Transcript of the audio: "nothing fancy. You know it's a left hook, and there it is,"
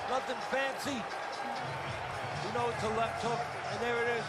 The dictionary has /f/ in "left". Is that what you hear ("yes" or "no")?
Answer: no